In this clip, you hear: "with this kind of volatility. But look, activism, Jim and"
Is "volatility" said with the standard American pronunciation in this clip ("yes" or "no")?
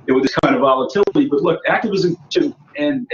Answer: yes